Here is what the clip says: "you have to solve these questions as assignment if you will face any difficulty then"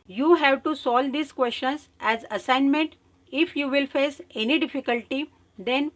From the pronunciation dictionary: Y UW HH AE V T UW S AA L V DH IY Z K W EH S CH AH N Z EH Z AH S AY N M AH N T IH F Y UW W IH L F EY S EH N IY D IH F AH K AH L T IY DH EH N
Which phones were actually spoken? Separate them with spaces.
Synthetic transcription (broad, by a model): Y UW HH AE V T UW S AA L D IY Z K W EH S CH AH N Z EH Z AH S AY N M AH N T IH F Y UW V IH L F EY S EH N IY D IH F AH K AH L T IY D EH N